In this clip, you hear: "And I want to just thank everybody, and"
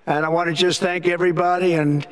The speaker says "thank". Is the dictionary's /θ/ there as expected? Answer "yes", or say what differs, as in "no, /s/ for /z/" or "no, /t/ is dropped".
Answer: yes